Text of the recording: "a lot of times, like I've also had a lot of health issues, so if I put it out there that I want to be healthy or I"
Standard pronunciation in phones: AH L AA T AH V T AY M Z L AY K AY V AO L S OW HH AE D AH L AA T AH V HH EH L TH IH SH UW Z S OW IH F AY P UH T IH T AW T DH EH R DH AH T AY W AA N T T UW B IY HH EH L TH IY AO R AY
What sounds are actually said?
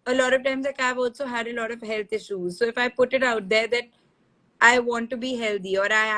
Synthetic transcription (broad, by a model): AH L AA T AH V T AY M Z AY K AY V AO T S OW HH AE D AH L AA T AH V HH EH L T IH SH UW Z S OW IH F AY P UH T IH T AW T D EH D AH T AY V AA N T T UW B IY HH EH L T IY AO R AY